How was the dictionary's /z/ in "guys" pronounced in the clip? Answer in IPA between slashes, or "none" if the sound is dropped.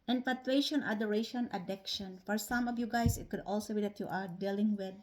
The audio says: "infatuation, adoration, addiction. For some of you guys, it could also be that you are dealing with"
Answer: /s/